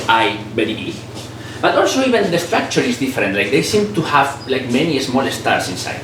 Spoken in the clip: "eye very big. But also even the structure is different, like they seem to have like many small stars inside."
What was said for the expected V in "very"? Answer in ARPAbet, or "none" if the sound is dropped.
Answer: B